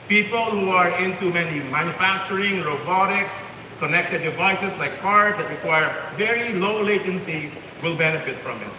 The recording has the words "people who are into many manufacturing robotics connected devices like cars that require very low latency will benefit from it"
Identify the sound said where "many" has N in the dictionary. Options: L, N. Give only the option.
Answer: N